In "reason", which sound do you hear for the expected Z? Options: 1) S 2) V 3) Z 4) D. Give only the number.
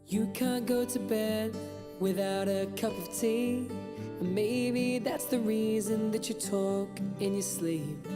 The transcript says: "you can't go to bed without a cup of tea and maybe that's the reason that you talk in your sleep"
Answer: 3